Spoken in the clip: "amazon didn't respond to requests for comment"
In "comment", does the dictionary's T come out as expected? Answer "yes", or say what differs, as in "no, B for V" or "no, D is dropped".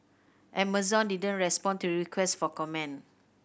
no, T is dropped